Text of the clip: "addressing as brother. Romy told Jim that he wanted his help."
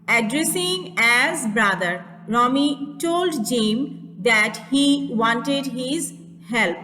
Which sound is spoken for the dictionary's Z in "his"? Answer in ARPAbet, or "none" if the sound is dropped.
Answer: Z